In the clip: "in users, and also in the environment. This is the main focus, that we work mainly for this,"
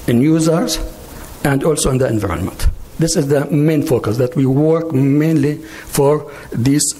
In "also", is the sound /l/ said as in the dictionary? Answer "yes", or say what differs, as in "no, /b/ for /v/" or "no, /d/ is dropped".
yes